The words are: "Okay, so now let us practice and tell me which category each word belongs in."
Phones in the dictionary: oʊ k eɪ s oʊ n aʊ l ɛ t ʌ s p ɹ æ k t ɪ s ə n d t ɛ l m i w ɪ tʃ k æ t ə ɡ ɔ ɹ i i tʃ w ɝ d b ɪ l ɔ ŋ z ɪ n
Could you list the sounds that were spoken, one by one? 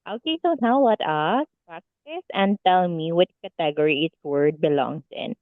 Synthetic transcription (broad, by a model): oʊ k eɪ s oʊ n aʊ w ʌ t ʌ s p ɹ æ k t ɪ s ə n d t ɛ l m i w ɪ tʃ k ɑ t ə ɡ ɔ ɹ i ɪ s w ɝ d b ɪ l ɔ ŋ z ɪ n